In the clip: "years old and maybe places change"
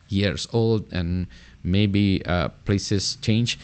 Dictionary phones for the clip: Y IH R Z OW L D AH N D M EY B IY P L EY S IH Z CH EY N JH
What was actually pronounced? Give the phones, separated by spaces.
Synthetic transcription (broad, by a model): Y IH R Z OW L D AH N M EY B IY P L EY S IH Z CH EY N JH